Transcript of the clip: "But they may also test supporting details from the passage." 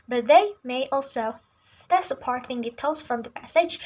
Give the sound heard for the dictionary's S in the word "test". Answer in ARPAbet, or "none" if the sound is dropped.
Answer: none